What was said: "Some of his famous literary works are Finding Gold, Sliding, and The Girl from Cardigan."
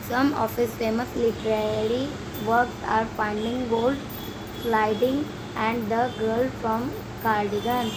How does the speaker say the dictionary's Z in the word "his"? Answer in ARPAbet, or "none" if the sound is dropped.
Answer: S